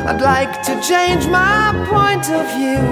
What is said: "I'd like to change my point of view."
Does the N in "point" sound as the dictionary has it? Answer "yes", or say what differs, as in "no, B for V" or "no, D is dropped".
yes